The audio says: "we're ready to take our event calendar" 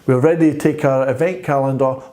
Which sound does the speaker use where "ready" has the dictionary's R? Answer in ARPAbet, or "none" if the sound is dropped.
R